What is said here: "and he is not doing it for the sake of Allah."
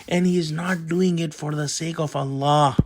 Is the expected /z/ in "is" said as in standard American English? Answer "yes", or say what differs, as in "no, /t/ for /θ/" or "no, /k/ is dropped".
yes